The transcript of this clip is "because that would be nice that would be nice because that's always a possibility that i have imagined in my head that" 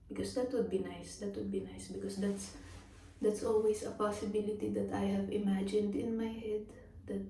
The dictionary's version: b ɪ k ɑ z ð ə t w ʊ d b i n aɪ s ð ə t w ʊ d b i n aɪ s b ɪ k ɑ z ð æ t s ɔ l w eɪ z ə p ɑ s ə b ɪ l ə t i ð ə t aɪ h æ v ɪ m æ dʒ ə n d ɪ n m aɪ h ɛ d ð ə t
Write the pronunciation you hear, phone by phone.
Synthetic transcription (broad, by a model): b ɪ k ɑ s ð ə t w ʊ d b i n aɪ s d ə t w ʊ d b i n aɪ s b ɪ k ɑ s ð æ t s ɔ l w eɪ s ə p ɑ s ə b ɪ l ə t i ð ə t aɪ h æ v ɪ m æ dʒ ə n d ɪ n m aɪ h ɛ d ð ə t